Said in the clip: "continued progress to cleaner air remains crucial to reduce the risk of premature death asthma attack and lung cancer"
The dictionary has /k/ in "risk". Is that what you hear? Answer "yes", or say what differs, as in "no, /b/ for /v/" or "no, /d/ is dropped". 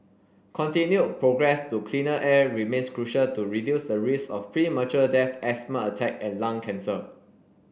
no, /k/ is dropped